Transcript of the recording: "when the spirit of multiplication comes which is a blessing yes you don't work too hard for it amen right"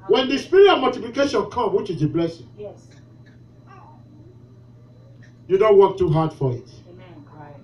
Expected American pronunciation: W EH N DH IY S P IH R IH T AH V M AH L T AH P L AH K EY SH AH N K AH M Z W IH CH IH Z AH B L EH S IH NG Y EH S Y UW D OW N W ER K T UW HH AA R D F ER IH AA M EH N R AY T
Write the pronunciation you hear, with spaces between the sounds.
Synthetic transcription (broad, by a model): W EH N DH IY S P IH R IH AH M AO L T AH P L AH K EY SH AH N K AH M W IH CH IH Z AH B L EH S IH NG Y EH Y UW D OW N W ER K T UW HH AA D F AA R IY T